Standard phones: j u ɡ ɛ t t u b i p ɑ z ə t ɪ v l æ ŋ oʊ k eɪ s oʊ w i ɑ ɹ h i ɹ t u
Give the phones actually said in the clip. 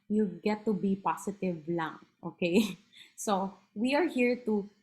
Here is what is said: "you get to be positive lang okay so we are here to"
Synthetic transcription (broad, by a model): j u ɡ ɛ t t u b i p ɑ s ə t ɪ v l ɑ ŋ oʊ k eɪ s oʊ w i ɑ ɹ h i ɹ t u